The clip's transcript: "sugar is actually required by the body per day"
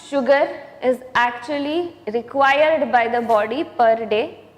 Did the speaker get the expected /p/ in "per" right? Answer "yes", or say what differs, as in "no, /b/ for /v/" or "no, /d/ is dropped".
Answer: yes